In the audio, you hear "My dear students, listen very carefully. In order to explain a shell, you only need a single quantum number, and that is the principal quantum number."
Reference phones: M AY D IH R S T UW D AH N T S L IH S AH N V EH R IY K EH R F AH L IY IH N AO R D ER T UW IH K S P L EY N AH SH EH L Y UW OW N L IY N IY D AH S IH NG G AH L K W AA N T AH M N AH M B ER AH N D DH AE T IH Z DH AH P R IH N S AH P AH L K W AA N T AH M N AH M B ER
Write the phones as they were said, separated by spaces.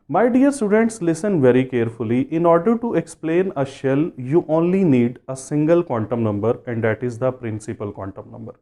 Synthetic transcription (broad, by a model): M AY D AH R S T UW D AH N T S L IH S AH N V EH R IY K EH R F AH L IY IH N AO R D ER T UW IH K S P L EY N AH SH EH L Y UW OW N L IY N IY D AH S IH NG G AH L K W AA N T AH M N AH M B ER AH N D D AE T IH Z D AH P R IH N S AH P AH L K W AA N T AH M N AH M B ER